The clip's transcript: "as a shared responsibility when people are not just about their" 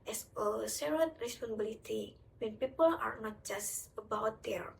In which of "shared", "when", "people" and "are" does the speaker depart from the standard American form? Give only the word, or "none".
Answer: shared